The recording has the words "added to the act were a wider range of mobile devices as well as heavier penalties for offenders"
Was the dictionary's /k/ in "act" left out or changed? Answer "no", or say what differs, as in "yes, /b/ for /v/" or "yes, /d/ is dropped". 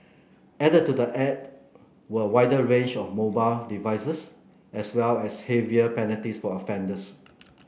yes, /k/ is dropped